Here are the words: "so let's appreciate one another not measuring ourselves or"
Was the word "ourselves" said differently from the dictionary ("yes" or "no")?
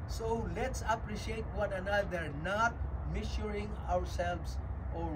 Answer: yes